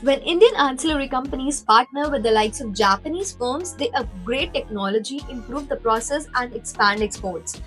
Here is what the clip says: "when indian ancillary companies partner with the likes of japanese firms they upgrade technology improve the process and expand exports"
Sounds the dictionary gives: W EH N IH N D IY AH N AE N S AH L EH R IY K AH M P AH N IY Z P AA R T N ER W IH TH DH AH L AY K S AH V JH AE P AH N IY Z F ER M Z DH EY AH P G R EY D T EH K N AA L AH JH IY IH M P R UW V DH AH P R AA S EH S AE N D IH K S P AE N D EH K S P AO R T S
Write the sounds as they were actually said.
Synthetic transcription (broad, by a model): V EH N IH N D IY AH N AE N S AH L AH R IY K AH M P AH N IY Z P AA R T N ER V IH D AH L AY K S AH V JH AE P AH N IY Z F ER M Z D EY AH G R EY T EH K N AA L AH JH IY IH M P R UW V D AH P R AA S EH S AE N D IH K S P AE N D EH K S P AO R T S